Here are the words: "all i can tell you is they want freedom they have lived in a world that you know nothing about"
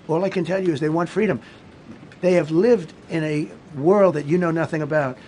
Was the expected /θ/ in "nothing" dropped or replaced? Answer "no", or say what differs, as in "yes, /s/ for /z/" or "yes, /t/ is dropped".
no